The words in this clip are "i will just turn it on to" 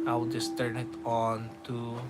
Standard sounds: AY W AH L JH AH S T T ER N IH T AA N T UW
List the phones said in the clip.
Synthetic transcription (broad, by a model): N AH W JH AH S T T ER N IH T AA N T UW